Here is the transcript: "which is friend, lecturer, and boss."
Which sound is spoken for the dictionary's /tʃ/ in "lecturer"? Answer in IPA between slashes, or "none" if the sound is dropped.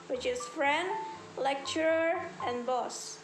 /tʃ/